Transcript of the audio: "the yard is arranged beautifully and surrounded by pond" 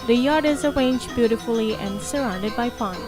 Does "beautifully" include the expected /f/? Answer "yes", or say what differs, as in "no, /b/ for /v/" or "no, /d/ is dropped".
yes